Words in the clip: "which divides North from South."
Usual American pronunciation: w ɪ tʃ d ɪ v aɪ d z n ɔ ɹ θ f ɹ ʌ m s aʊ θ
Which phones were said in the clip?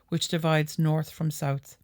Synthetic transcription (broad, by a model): w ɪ tʃ d ɪ v aɪ d z n ɔ ɹ θ f ɹ ʌ m s aʊ θ